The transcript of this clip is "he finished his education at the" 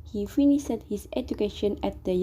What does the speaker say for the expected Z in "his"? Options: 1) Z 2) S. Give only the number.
2